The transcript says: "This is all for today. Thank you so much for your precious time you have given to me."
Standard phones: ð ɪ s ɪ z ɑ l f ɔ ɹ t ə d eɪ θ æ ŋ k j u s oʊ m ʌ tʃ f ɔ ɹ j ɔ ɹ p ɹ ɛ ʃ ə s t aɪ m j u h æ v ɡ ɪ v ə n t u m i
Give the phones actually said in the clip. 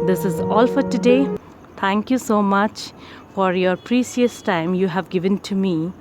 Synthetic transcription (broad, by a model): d ɪ s ɪ z ɑ l f ɔ ɹ t ə d eɪ t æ ŋ k j u s oʊ m ʌ tʃ f ɔ ɹ j ɔ ɹ p ɹ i s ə s t aɪ m j u h æ v ɡ ɪ v ə n t u m i